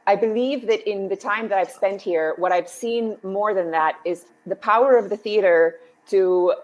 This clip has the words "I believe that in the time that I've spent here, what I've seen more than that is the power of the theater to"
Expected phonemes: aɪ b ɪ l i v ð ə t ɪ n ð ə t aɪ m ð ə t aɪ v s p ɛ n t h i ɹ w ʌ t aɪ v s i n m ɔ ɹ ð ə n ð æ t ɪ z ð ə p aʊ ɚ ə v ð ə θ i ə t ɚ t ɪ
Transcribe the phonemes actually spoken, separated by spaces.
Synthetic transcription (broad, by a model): aɪ b ɪ l i v ð ə t ɪ n ð ə t aɪ m ð ə t aɪ v s p ɛ n t h i ɹ w ʌ t aɪ v s i n m ɔ ɹ ð ə n ð æ t ɪ z ð ə p aʊ ɚ ə v ð ə θ i ə t ɚ t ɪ